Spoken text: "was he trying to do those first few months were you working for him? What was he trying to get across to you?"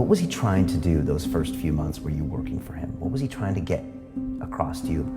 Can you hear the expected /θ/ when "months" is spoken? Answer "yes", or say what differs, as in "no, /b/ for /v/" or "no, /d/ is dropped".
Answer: yes